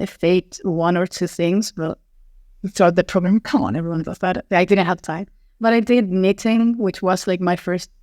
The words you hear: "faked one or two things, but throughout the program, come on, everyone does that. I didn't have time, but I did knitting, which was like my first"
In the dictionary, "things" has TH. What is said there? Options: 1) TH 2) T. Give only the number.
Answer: 1